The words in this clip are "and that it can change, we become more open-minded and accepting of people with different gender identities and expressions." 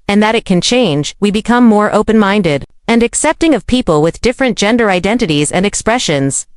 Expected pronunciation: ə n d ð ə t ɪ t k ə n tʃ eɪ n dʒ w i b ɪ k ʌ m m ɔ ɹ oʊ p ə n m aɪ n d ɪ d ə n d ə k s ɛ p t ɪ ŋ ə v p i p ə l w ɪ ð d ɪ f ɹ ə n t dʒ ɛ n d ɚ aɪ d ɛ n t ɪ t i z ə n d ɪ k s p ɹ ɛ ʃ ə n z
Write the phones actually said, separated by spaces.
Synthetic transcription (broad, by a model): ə n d ð ə t ɪ t k ə n tʃ eɪ n dʒ w i b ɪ k ʌ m m ɔ ɹ oʊ p ə n m aɪ n d ɪ d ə n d ə k s ɛ p t ɪ ŋ ə v p i p ə l w ɪ ð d ɪ f ɹ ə n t dʒ ɛ n d ɚ aɪ d ɛ n t ɪ t i z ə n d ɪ k s p ɹ ɛ ʃ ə n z